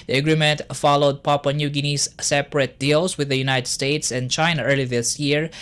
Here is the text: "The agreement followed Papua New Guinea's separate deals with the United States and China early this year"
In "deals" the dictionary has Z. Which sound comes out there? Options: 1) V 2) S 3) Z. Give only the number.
2